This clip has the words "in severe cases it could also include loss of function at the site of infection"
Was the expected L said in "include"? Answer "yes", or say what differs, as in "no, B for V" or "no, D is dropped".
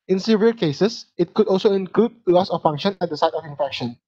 yes